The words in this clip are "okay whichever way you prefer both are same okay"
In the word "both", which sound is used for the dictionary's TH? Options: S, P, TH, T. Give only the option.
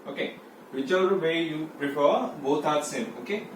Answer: T